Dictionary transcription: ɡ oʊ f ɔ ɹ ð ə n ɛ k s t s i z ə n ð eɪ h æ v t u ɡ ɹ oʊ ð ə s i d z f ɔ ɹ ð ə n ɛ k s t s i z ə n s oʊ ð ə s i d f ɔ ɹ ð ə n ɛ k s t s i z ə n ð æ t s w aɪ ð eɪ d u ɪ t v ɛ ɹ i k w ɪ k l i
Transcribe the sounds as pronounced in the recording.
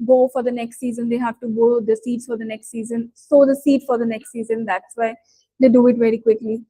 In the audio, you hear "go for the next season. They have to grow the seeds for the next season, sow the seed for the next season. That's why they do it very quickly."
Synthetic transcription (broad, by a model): ɡ oʊ f ɔ ɹ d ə n ɛ k s t s i z ə n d eɪ h æ v t u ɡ oʊ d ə s i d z f ɔ ɹ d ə n ɛ k s t s i z ə n s oʊ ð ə s i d f ɔ ɹ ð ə n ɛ k s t s i z ə n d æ t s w aɪ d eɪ d u ɪ t v ɛ ɹ i k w ɪ k l i